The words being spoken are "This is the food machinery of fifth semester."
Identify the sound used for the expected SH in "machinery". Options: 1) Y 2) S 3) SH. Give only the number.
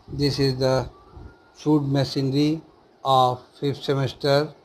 2